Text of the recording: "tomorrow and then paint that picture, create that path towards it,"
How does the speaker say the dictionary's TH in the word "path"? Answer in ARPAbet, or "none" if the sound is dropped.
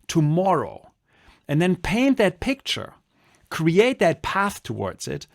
TH